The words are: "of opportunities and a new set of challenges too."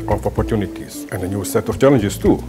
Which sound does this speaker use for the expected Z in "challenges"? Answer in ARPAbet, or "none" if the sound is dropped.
S